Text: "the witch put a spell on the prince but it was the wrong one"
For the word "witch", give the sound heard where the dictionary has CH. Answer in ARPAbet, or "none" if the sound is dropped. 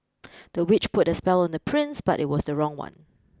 CH